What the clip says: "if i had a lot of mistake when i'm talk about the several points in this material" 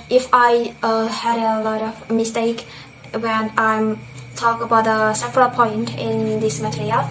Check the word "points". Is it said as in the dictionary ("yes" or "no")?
no